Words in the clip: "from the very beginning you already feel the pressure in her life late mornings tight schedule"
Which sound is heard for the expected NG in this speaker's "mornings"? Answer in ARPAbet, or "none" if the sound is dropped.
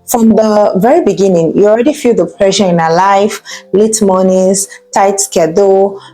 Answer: none